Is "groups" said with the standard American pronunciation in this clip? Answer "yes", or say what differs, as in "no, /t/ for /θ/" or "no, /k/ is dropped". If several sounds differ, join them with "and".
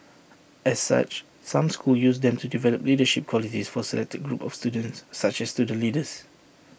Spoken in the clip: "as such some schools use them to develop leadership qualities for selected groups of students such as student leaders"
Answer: no, /s/ is dropped